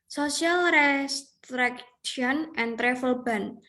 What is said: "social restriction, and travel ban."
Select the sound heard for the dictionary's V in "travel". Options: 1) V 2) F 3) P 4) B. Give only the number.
2